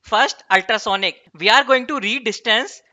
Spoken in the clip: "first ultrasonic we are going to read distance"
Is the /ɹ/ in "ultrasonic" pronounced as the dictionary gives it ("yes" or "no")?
yes